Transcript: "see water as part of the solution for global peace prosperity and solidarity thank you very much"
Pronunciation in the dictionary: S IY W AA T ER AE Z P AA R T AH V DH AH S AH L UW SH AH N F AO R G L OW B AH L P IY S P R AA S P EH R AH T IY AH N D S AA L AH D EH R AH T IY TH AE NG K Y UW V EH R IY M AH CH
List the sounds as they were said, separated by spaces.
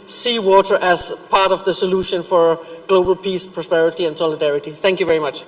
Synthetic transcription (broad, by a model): S IY W AA T ER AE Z P AA R T AH V DH AH S AH L UW SH AH N F AO R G L OW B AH L P IY S P R AA S P EH R AH T IY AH N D S AA L AH D EH R AH T IY TH AE NG K Y UW V EH R IY M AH CH